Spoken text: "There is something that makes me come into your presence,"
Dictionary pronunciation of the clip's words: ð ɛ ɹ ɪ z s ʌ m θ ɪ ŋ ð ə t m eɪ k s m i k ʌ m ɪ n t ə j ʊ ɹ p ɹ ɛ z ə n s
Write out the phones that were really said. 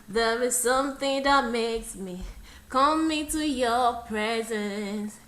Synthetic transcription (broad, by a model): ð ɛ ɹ ɪ z s ʌ m θ ɪ ŋ ð ə t m eɪ k s m i k ʌ m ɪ t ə j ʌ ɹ p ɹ ɛ z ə n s